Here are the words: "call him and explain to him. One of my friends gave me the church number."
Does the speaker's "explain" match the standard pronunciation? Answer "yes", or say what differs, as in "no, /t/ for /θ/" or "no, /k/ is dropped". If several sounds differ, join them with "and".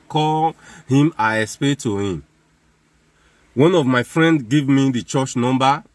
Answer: no, /k/ is dropped and /l/ is dropped